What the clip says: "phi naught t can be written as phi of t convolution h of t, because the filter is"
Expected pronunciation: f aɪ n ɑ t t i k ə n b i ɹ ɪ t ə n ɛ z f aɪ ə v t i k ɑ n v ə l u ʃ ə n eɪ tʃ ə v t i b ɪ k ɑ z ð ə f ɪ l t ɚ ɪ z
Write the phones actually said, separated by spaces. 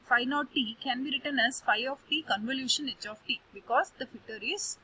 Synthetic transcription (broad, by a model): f aɪ n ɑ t t i k ə n b i ɹ ɪ t ə n ɛ z f aɪ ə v t i k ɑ n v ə l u ʃ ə n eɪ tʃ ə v t i b ɪ k ɑ z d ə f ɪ t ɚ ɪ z